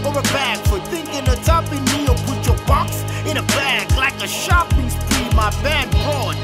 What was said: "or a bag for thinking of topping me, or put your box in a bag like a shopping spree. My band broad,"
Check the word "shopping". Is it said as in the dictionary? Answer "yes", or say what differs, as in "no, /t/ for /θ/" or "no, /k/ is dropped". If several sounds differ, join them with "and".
yes